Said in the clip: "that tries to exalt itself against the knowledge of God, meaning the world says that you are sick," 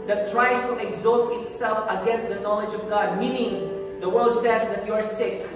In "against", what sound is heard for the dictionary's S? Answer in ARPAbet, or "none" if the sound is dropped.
S